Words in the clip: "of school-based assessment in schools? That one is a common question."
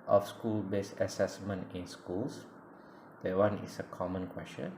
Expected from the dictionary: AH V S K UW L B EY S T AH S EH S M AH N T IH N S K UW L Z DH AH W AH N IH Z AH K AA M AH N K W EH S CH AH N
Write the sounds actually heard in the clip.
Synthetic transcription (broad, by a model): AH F S K UW L B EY S AH S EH S M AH N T IH N S K UW L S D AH W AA N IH S AH K AA M AH N K W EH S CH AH N